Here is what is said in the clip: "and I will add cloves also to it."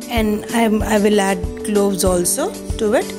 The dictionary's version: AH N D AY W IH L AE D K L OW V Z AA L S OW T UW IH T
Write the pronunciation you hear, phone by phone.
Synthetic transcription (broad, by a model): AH N D AY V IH L AE D K L OW V Z AA L S OW T UW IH T